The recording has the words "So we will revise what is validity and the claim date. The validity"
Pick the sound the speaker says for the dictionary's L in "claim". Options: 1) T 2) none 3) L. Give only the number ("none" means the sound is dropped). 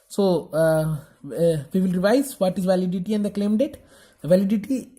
3